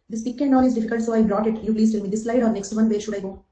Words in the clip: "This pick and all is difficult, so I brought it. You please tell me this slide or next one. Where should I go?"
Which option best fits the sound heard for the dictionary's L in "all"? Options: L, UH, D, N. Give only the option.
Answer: N